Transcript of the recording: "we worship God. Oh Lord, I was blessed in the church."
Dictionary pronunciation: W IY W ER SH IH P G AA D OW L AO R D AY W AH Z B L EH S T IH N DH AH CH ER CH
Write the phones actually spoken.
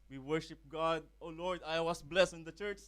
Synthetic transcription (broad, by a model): W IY W ER SH IH P G AA D OW L AO R D AY W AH S B L EH S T IH N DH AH CH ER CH